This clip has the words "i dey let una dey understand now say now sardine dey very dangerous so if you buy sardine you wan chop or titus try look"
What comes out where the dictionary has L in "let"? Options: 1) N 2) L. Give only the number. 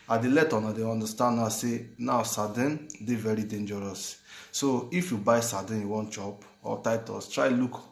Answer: 2